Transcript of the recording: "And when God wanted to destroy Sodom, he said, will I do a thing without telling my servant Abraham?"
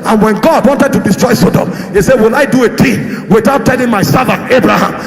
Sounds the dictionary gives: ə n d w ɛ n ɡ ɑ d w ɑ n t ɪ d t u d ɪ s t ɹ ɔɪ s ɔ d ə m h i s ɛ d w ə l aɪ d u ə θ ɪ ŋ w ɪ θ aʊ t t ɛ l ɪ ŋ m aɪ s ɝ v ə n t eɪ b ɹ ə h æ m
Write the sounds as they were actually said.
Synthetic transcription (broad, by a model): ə n w ɛ n ɡ ɑ d w ɑ n t ɪ d t u d ɪ s t ɹ ɔɪ s ɔ d ə m h i s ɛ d w ə l aɪ d u ə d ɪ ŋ w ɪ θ aʊ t t ɛ l ɪ ŋ m aɪ s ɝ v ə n eɪ b ɹ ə h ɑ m